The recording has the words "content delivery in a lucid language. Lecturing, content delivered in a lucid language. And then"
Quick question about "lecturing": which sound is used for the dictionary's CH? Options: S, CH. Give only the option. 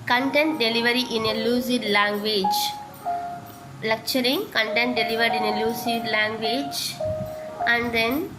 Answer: CH